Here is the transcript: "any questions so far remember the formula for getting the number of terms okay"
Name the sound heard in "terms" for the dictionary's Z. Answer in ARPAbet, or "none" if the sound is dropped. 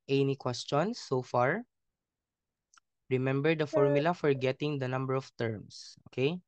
S